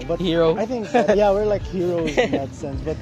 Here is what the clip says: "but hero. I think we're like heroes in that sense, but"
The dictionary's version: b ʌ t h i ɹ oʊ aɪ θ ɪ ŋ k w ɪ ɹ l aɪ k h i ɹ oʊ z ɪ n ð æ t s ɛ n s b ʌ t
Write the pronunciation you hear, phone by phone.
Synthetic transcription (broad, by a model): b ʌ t h i ɹ oʊ aɪ θ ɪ ŋ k w ɪ ɹ l aɪ k h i ɹ oʊ ɪ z ð æ t s ɛ n s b ʌ t